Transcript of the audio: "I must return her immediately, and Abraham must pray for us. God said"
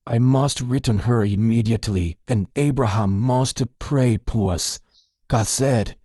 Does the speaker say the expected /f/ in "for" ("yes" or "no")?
no